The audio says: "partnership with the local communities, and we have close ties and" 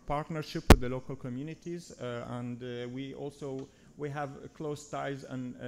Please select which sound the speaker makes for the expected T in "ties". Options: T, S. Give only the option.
T